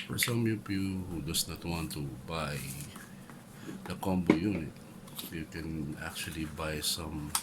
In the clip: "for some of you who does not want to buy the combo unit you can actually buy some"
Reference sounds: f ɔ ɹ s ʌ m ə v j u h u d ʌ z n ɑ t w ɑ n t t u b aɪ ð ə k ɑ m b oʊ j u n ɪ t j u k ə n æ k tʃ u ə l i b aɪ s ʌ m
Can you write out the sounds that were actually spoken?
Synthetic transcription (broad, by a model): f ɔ ɹ s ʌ m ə p j u h u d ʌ s n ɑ t w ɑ n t t u b aɪ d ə k ɑ m b oʊ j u n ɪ t j u k ə n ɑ k tʃ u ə l i b aɪ s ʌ m